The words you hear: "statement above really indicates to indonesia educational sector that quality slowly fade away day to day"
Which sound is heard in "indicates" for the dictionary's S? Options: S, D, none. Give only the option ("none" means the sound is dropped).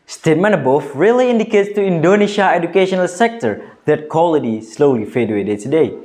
S